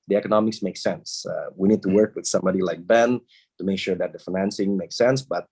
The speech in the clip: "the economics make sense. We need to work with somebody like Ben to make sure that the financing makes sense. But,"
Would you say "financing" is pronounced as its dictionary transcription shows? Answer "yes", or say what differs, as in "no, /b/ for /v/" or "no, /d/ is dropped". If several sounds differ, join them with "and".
yes